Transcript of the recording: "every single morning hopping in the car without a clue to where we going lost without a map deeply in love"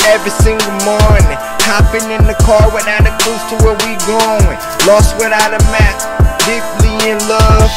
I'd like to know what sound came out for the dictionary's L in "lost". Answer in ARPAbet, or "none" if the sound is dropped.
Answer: L